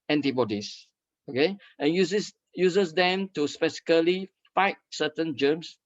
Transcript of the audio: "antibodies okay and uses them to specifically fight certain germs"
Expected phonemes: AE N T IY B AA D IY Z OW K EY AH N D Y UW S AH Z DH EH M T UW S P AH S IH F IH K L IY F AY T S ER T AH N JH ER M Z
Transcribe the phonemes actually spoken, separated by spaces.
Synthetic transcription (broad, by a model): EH N T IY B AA D IY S OW K EY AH N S Y UW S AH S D EH M T UW S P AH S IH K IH L IY F AY T S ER T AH N JH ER M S